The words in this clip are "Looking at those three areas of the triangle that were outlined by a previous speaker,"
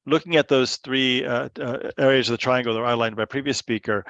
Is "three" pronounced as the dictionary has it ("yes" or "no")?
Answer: yes